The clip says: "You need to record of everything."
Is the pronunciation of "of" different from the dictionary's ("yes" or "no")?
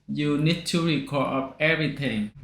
yes